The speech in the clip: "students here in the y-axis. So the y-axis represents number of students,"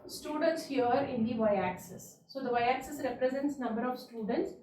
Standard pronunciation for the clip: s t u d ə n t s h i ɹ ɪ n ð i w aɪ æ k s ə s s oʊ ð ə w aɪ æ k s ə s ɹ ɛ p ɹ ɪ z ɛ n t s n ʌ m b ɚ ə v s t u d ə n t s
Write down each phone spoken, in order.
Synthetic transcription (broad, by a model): s t u d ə n t s h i ɹ ɪ n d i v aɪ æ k s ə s s oʊ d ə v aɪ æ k s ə s ɹ ɛ p ɹ ɪ z ɛ n t s n ʌ m b ɚ ə v s t u d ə n t s